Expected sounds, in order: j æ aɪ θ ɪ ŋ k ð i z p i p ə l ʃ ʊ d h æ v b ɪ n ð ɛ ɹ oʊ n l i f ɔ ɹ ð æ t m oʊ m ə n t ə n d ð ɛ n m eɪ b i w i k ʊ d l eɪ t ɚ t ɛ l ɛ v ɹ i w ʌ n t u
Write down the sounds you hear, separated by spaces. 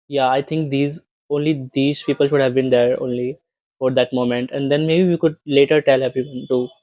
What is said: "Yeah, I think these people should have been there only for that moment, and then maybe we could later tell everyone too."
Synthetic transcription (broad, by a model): j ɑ aɪ t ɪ ŋ k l i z p i p ə l ʃ ʊ d h æ v b ɪ n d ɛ ɹ oʊ n l i f ɔ ɹ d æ t m oʊ m ə n t ə n d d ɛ n m eɪ b i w i k ʊ d l eɪ t ɚ t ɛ l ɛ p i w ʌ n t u